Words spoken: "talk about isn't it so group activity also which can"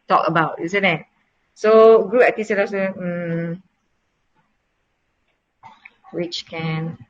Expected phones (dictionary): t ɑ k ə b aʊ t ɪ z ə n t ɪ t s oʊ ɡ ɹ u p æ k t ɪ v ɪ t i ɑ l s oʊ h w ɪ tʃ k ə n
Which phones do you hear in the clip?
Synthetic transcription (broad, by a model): t ɑ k ə b aʊ t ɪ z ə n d ɪ t s oʊ ɡ ɹ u æ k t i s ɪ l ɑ s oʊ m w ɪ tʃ k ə n